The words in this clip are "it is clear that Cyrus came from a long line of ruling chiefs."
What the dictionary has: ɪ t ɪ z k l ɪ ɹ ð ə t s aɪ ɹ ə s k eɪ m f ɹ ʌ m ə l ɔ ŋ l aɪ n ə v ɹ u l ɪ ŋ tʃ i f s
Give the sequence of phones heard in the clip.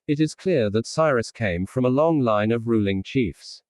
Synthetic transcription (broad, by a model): ɪ t ɪ z k l ɪ ɹ ð ə t s aɪ ɹ ə s k eɪ m f ɹ ʌ m ə l ɔ ŋ l aɪ n ə v ɹ u l ɪ ŋ tʃ i f s